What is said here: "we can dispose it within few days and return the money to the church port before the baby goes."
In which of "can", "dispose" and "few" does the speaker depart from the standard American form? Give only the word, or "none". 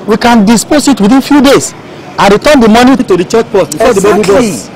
dispose